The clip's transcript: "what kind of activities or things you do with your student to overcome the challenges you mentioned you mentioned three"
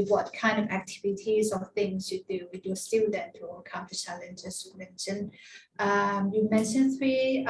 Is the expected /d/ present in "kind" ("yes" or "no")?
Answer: yes